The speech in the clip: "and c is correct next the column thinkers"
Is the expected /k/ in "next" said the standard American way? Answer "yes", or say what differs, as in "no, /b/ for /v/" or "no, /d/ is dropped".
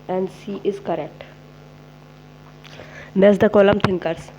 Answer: no, /k/ is dropped